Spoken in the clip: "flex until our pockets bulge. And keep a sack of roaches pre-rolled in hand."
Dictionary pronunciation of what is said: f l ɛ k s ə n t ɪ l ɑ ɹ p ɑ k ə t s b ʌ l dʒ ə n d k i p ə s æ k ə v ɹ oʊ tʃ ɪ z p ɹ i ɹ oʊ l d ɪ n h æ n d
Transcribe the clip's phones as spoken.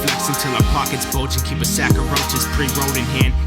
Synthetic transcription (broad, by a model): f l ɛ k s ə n t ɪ l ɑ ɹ p ɑ k ə t s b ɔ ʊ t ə k i p ə s æ k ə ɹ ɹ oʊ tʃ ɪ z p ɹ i ɹ oʊ d ɪ n h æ n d